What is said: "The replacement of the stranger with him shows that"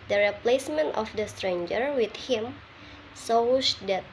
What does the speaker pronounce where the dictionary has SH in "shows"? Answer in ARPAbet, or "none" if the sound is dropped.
S